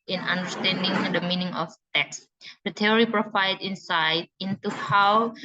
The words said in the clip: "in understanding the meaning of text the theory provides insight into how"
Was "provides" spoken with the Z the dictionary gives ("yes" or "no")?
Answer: no